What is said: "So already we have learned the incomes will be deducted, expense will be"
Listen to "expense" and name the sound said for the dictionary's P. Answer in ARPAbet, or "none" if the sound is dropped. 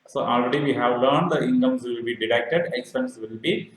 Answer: none